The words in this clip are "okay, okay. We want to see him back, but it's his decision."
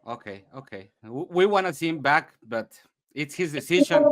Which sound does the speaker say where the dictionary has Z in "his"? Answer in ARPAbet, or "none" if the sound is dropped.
Z